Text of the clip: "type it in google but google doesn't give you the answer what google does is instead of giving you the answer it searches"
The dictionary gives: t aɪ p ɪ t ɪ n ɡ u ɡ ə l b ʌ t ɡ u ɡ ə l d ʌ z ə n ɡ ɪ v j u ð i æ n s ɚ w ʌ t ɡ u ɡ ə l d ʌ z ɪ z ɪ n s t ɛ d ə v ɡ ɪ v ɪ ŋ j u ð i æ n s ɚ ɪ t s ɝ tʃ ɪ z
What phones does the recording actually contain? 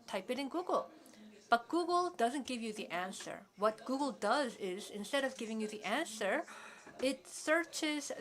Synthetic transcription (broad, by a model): t aɪ p ɪ t ɪ n ɡ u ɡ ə l b ʌ t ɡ u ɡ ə l d ʌ z ə n ɡ ɪ v j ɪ ð i æ n s ɚ w ʌ t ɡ u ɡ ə l d ʌ z ɪ z ɪ n s t ɛ d ə v ɡ ɪ v ɪ ŋ j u ð i æ n s ɚ ɪ t s ɝ tʃ ɪ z